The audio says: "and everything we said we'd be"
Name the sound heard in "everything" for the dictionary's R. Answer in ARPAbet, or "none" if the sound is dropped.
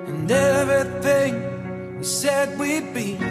none